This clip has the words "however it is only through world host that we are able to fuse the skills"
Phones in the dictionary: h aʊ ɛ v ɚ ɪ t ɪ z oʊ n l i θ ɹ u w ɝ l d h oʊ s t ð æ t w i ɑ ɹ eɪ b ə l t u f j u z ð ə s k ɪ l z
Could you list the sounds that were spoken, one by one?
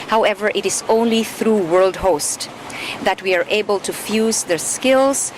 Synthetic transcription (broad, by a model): h aʊ ɛ v ɚ ɪ t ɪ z oʊ n l i θ ɹ u w ɝ l d h oʊ s t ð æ t w i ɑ ɹ eɪ b ə l t u f j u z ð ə s k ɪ l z